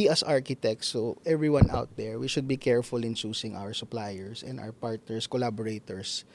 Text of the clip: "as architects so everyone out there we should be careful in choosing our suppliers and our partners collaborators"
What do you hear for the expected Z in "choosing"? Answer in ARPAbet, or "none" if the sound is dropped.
S